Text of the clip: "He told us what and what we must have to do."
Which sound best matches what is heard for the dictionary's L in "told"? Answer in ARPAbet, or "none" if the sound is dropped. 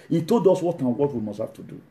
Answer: L